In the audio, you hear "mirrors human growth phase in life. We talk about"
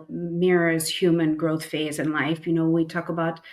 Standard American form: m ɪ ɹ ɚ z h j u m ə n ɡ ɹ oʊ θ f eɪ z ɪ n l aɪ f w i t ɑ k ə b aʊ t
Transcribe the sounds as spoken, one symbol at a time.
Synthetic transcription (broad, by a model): m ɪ ɹ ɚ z h j u m ə n ɡ ɹ oʊ θ f eɪ z ɪ n l aɪ f w i t ɑ k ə b aʊ t